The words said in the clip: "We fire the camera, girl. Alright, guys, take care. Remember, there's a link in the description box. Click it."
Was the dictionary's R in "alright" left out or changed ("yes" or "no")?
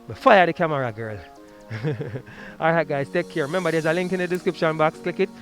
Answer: yes